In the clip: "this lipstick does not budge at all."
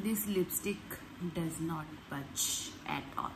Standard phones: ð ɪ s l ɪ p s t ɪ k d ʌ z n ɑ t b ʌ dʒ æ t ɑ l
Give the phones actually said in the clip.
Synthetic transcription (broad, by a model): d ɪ s l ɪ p s t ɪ k d ʌ z n ɑ t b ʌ tʃ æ t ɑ l